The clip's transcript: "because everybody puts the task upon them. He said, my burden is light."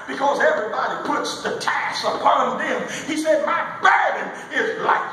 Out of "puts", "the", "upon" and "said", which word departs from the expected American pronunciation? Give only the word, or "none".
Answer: none